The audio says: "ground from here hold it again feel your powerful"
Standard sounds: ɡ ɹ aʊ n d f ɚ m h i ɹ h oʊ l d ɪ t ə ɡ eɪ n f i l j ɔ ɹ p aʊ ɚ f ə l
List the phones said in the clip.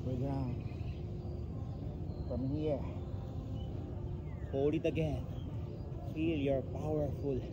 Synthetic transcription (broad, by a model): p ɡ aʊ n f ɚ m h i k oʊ d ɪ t ə ɡ eɪ n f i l j ɔ ɹ p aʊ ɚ f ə l